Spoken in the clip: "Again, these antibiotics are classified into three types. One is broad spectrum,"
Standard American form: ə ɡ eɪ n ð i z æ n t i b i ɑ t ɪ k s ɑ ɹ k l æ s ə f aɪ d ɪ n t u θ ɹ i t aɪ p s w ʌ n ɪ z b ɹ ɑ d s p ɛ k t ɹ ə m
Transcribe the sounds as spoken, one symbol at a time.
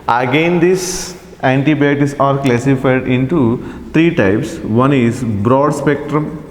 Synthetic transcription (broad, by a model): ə ɡ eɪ n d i s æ n t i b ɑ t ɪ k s ɑ ɹ k l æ s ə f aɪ d ɪ n t u t ɹ i t aɪ p s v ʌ n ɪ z b ɹ ɑ d s p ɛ k t ɹ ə m